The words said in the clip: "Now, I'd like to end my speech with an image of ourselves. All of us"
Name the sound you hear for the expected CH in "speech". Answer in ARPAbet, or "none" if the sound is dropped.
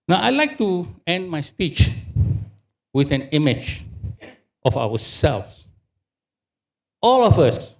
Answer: CH